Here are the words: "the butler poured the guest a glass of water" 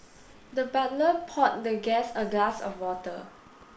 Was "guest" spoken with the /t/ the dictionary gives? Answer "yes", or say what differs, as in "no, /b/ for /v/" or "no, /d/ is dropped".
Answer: no, /t/ is dropped